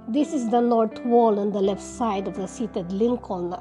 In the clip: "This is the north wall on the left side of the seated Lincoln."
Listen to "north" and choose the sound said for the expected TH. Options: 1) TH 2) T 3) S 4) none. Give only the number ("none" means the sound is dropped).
2